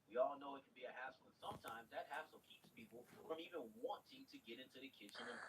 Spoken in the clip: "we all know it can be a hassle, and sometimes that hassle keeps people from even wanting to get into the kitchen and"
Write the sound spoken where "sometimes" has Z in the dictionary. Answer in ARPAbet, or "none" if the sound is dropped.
Z